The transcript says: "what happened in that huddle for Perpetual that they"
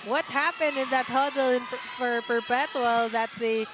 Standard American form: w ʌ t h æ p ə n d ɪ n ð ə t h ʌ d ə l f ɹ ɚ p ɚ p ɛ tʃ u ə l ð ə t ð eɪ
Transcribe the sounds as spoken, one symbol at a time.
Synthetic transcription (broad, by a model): w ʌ t h æ p ə n d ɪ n ð ə t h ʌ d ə n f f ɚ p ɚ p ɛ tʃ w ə l ð ə t ð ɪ